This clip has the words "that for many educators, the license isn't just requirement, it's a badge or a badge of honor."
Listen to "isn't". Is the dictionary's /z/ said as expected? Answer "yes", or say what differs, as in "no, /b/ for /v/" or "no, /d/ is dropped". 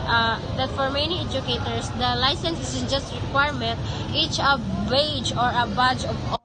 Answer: no, /s/ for /z/